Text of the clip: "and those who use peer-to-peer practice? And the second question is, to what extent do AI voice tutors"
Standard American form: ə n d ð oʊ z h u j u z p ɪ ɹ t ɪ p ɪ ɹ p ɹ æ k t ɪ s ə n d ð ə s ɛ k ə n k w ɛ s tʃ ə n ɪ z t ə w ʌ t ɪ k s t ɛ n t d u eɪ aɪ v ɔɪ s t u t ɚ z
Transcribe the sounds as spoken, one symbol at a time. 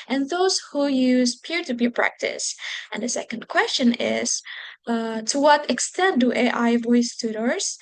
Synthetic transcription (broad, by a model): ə n ð oʊ z h u j u z p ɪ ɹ t ɪ b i p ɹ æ k t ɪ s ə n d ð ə s ɛ k ə n k w ɛ s tʃ ə n ɪ z t ə w ʌ t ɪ k s t ɛ n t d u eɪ aɪ v ɔɪ s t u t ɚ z